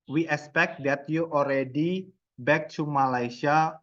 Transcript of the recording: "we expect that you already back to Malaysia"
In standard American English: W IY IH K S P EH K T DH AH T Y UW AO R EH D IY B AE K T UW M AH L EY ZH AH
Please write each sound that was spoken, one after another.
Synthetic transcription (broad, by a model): W IY IH K S P EH K T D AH T Y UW AO R EH D IY B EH K T UW M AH L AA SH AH